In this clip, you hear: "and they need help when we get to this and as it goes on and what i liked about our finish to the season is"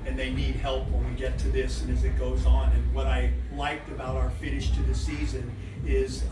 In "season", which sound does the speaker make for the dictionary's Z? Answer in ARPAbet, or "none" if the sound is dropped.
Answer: Z